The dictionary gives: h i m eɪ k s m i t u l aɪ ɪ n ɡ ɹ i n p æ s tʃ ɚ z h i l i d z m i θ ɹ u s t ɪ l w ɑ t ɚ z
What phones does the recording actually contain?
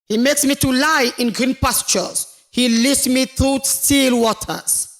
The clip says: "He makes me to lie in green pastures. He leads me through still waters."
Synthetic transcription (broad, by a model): h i m eɪ k s m i t u l aɪ ɪ n ɡ ɹ i n p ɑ s tʃ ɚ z h i l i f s m i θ ɹ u s t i l w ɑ t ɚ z